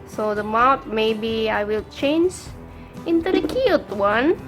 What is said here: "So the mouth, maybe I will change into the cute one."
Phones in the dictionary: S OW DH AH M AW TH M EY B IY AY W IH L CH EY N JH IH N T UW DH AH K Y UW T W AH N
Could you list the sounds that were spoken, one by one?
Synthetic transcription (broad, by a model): S OW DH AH M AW T M EY B IY AY W IH L CH EY N JH IH N T UW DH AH K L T W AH N